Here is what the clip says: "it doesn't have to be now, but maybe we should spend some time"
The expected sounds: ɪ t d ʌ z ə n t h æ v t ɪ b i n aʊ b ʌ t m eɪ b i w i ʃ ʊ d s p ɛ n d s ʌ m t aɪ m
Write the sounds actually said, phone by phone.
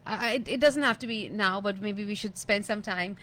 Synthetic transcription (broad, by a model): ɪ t d ʌ z ə n t h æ f t ɪ b i n aʊ b ʌ t m eɪ b i w i ʃ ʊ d s p ɛ n d s ʌ m t aɪ m